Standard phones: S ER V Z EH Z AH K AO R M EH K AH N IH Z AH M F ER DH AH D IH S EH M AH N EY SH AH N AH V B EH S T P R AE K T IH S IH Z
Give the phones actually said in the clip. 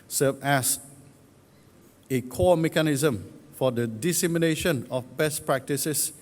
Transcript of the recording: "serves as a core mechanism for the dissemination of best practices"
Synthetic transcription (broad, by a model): S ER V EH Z AH K AO M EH K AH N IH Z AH M F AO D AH D IH S EH M AH N EY SH AH N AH F B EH S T P R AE K T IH S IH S